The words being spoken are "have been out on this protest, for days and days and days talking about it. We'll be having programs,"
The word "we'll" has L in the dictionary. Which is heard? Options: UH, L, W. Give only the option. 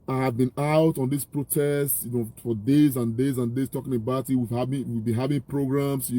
W